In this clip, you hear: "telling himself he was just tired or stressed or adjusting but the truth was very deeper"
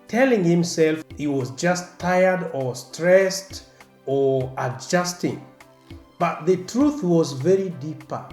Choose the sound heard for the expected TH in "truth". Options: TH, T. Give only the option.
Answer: TH